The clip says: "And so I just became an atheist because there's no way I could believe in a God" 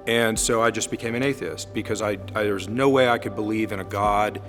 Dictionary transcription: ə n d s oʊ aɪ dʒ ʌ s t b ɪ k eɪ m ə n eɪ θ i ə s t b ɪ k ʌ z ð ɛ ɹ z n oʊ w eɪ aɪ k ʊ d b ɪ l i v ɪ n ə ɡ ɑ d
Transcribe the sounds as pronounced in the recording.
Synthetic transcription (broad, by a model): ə n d s oʊ aɪ dʒ ʌ s b ɪ k eɪ m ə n eɪ θ i ə s t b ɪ k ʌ z ð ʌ ɹ z n oʊ w eɪ aɪ k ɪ d b ɪ l i v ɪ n ə ɡ ɑ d